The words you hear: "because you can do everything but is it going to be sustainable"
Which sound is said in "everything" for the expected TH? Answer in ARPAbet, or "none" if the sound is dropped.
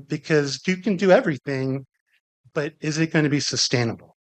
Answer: TH